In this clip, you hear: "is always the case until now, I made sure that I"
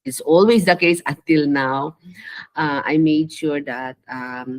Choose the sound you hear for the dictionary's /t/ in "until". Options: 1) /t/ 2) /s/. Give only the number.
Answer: 1